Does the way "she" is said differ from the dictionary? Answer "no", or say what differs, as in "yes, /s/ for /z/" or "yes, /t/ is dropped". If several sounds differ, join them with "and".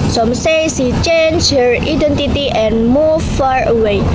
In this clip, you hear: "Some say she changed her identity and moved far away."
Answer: yes, /s/ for /ʃ/